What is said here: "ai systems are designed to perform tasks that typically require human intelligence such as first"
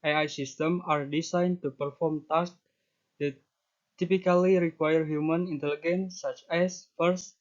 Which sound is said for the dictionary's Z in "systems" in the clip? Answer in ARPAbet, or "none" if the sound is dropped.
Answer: none